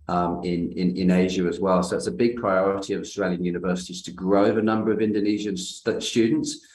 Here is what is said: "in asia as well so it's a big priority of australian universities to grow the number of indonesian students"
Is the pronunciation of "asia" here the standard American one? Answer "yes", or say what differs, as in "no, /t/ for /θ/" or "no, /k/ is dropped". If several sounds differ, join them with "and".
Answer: yes